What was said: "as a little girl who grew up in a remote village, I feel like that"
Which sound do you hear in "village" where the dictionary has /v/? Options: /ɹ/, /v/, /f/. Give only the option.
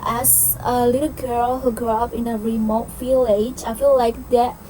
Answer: /f/